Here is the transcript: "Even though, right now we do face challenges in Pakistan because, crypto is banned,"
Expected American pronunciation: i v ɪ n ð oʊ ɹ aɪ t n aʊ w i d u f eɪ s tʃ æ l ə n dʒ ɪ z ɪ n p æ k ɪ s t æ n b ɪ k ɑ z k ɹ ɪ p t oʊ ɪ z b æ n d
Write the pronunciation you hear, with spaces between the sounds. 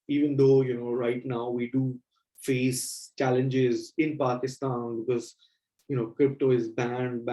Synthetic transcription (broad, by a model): i v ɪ n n oʊ ɹ aɪ t n aʊ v i d u f eɪ s tʃ æ l ə n dʒ ɪ z ɪ n p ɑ k ɪ s t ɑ n b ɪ k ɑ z k ɹ ɪ p t oʊ ɪ z b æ n d